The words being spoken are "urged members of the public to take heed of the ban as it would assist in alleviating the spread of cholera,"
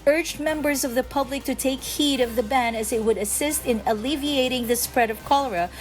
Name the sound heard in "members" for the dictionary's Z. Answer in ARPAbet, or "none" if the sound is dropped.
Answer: Z